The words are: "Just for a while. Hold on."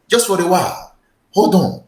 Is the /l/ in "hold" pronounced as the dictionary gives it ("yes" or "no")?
no